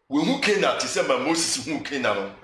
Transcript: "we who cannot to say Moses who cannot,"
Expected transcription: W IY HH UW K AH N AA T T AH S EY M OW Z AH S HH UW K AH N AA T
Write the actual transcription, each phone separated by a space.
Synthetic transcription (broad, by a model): W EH HH UW K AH N AA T S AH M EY M OW S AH S HH UW K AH N AA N